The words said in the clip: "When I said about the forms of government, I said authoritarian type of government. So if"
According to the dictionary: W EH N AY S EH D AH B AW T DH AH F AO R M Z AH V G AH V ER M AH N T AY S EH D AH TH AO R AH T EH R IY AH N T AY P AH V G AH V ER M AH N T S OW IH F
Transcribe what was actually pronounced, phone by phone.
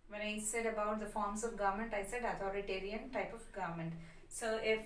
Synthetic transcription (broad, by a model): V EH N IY S EH D AH B AW T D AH F AO R M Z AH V G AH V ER M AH N T AY S EH D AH T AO R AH T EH R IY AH N T AY P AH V G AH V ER M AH N T S OW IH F